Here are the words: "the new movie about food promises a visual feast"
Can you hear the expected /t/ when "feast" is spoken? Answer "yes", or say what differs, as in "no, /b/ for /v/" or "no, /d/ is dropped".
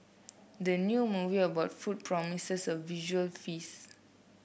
no, /t/ is dropped